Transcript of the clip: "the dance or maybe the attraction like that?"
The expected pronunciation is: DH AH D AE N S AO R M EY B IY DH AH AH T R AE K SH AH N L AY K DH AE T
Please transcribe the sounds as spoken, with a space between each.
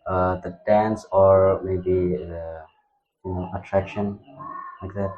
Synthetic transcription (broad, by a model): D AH D AE N S AO R M EY B IY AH AH T R AE K SH AH N L AY K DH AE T